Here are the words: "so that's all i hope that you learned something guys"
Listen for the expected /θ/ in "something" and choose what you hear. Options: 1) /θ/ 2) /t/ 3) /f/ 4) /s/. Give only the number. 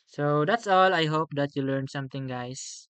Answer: 2